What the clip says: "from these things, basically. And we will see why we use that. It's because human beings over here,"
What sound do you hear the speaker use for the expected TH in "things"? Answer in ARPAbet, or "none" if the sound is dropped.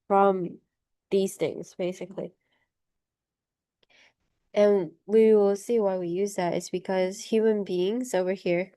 TH